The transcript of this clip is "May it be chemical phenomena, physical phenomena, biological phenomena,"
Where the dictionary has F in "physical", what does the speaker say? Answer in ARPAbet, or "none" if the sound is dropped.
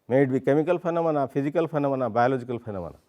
P